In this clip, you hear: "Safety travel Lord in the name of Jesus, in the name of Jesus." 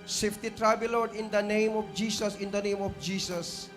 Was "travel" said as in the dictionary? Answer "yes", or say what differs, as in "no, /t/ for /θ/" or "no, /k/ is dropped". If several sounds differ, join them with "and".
no, /b/ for /v/